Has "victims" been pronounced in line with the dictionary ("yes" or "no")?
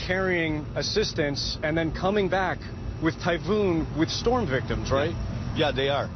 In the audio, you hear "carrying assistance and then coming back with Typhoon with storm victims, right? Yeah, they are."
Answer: yes